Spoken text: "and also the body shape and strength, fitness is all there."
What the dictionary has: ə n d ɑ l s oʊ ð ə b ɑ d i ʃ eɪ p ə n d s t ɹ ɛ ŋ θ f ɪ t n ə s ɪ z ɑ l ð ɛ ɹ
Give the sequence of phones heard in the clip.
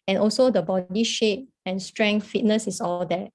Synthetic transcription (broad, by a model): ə n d ɑ l s oʊ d ə b ɑ d i ʃ eɪ p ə n s t ɹ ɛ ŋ f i t n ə s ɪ s ɑ l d ɛ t